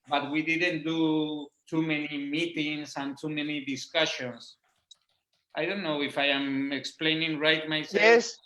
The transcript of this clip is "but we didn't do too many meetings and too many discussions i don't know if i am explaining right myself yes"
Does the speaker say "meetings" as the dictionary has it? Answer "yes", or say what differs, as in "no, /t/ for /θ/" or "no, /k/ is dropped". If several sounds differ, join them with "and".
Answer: no, /s/ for /z/